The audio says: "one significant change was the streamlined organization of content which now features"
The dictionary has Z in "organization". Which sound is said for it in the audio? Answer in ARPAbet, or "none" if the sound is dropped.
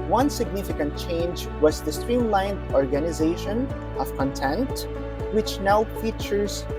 Z